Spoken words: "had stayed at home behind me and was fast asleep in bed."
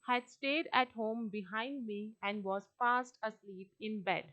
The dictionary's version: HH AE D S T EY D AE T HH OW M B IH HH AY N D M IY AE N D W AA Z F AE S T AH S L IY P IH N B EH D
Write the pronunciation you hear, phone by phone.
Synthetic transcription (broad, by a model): HH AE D S T EY D AE T HH OW M B IH HH AY N D M IY AE N D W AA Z P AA S T AH S L IY P IH N B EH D